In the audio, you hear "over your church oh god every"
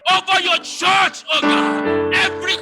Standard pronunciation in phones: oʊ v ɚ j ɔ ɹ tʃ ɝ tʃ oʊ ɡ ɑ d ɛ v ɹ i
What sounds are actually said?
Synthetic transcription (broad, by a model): oʊ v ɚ j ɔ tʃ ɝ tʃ oʊ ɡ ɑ ɛ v ɹ i